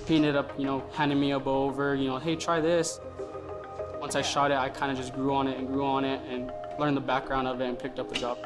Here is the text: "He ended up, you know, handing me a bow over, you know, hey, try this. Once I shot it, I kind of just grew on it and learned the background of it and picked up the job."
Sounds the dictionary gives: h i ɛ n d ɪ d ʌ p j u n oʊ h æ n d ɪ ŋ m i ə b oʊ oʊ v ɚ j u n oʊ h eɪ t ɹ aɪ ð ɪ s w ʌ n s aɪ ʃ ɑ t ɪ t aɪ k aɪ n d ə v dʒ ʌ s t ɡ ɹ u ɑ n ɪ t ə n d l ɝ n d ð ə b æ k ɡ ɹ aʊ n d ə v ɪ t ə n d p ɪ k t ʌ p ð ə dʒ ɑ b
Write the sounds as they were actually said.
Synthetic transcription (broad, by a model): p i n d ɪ d ʌ p j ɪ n oʊ h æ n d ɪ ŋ m i ə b oʊ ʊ v ɚ j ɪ n oʊ h eɪ t ɹ aɪ ð ɪ s w ʌ n s aɪ ʃ ɑ t ɪ t aɪ k aɪ n d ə dʒ ʌ s t ɡ ɹ u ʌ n ɪ t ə n l ɝ n ð ə b æ k ɡ ɹ aʊ n d ə v ɪ t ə n p ɪ k t ʌ p ð ə dʒ ɑ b